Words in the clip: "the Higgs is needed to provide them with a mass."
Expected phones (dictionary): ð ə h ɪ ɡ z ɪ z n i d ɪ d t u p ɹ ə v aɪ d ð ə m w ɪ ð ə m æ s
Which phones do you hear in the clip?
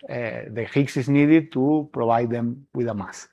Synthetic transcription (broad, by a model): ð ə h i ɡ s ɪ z n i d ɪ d t u p ɹ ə b aɪ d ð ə m w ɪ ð ə m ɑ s